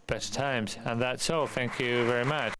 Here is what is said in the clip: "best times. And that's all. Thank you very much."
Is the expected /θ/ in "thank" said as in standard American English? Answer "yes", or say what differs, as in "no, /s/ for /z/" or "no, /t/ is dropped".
yes